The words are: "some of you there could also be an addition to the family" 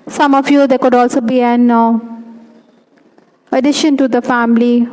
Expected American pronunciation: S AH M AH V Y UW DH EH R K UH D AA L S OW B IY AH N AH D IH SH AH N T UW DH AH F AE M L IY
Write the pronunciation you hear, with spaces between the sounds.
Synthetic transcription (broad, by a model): S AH M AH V Y UW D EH K UH D AA L S OW B IY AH N AH D IH SH AH N T UW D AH F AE M L IY